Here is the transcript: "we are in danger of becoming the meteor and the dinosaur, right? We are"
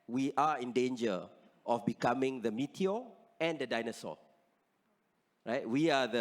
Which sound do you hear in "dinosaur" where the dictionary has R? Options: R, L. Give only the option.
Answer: L